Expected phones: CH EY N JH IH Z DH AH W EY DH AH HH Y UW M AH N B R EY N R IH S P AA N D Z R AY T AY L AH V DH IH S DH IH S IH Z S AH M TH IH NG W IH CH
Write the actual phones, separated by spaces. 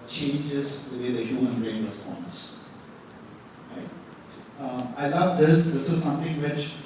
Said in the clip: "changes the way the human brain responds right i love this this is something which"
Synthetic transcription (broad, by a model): CH EY N JH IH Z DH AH W EY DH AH HH Y UW M AH N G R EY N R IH S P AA N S R AY T AY L AH V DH IH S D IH S IH Z S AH M T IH NG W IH CH